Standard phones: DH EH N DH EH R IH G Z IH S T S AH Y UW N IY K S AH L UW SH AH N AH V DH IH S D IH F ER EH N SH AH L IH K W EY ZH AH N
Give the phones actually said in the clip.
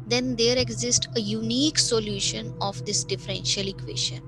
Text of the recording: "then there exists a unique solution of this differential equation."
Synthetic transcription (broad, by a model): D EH N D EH R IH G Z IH S T AH Y UW N IY K S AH L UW SH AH N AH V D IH S D IH F ER EH N SH AH L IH K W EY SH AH N